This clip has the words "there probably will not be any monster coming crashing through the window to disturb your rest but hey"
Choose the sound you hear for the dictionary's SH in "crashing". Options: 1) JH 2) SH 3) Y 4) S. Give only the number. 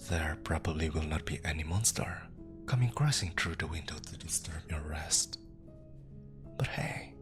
4